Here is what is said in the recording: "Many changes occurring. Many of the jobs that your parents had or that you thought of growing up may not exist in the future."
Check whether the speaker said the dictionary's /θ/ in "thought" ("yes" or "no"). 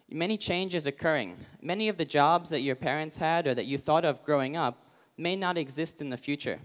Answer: yes